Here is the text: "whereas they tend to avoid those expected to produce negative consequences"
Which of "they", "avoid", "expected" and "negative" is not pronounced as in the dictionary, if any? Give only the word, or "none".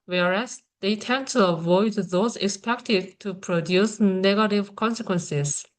none